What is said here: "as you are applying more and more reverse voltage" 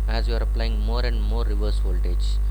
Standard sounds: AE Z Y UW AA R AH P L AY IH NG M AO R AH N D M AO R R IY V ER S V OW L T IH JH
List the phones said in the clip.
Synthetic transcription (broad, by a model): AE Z Y UW AA R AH P L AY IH NG M AO R AH N D M AO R R IY V ER S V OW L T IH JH